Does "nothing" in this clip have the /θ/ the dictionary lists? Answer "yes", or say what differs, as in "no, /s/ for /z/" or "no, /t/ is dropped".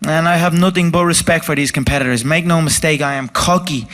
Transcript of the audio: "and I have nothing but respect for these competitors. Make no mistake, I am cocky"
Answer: yes